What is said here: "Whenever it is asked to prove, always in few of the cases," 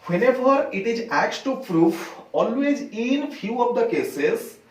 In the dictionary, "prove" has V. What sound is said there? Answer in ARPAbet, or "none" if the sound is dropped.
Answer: F